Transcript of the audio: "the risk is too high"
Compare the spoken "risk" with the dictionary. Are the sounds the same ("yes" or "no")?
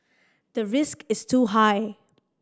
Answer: yes